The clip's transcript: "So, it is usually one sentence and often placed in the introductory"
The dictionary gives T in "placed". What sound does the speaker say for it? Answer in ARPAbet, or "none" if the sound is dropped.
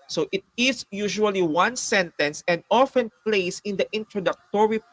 none